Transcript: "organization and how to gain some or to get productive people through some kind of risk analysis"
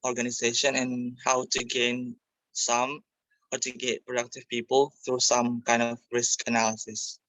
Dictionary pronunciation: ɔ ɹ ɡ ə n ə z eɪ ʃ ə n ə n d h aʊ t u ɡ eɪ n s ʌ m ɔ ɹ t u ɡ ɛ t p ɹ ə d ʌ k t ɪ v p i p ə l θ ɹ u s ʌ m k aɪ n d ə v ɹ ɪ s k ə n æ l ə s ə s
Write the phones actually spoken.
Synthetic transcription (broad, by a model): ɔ ɹ ɡ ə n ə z eɪ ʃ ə n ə n h aʊ t u ɡ eɪ n s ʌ m ɔ ɹ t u ɡ ɛ t p ɹ ə d ʌ k t ɪ v p i p ə l θ ɹ u s ʌ m k aɪ n d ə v ɹ ɪ s k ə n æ l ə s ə s